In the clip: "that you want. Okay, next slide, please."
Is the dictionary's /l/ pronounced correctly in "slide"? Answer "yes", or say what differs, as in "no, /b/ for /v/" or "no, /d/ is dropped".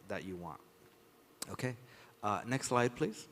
yes